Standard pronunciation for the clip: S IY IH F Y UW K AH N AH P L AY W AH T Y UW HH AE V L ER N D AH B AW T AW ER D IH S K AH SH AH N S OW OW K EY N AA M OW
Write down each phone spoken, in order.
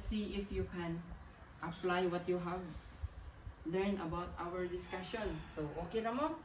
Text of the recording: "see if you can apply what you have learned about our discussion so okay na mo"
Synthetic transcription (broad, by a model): S IY IH F Y UW K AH N AH P L AY W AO T Y UW HH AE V L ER N AH B AW T AW ER D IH S K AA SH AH N S OW OW K EY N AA M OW